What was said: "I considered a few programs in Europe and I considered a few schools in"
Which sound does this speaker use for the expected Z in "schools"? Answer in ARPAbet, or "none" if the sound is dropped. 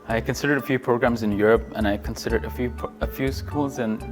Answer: Z